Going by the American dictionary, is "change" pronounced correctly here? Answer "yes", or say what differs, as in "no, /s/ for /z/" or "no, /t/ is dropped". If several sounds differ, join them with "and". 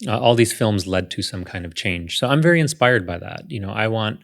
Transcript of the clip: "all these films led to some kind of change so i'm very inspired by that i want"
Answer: no, /ʒ/ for /dʒ/